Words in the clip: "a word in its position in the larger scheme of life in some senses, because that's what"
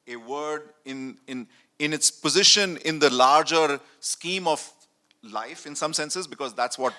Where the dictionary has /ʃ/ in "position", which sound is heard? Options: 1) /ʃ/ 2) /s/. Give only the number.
1